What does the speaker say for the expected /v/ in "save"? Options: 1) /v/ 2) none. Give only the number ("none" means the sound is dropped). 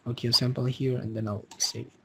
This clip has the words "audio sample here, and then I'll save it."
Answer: 2